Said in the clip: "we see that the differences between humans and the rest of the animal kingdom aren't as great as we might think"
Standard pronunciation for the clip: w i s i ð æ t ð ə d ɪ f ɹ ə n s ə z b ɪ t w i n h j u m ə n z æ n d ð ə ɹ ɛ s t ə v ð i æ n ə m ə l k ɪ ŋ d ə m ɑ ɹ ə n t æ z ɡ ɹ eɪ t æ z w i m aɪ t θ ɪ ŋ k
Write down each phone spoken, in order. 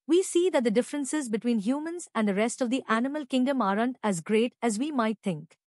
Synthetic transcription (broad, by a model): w i s i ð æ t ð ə d ɪ f ɹ ə n s ə z b ɪ t w i n h j u m ə n z æ n d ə ɹ ɛ s t ə v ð i æ n ə m ə l k ɪ ŋ d ə m ɑ ɹ ə n t æ z ɡ ɹ eɪ t æ z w i m aɪ t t ɪ ŋ k